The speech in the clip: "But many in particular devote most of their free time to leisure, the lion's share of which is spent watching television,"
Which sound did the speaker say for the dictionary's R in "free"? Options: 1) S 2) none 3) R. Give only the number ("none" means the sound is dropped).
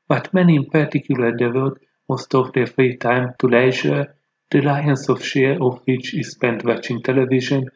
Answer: 3